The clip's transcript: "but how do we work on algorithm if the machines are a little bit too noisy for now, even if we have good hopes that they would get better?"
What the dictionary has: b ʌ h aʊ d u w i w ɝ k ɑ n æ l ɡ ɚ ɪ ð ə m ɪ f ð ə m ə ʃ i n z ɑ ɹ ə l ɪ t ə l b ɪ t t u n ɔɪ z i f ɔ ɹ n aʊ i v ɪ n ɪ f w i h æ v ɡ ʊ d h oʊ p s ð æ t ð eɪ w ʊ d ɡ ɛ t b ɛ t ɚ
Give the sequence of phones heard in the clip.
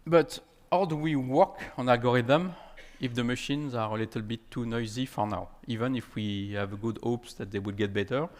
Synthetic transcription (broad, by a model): b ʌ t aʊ d u w i w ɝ k ɑ n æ l ɡ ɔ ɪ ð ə m ɪ f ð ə m ə ʃ i n z ɑ ɹ ə l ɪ t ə l b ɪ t t u n ɔɪ z i f ɔ ɹ n aʊ i v ɪ n ɪ f w i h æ v ɡ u d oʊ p s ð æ t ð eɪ w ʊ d ɡ ɛ t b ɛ t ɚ